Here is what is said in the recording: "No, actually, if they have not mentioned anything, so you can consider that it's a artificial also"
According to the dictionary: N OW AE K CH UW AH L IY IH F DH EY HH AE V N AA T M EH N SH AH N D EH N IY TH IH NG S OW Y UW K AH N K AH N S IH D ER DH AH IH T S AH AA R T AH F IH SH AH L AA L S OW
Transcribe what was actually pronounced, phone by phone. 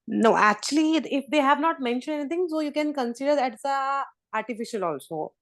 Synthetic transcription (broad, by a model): N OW AE K CH UW AH L IY IH F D EY HH AE V N AA T M EH N SH AH N D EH N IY T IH NG S OW Y UW K AH N K AH N S IH D ER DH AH T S AH AA R T AH F IH SH AH L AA L S OW